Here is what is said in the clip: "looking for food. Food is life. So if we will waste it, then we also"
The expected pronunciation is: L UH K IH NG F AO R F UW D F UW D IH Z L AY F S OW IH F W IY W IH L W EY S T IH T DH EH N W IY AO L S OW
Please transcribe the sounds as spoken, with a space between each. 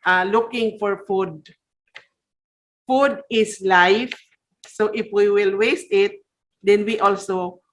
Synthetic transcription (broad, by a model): L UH K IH NG F AO R F UW D F UW D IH S L AY F S OW IH F W IY W IH L W EY S T IH T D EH N W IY AO L S OW